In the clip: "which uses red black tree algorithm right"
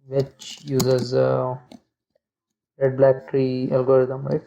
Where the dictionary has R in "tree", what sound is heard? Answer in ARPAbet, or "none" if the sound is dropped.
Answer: R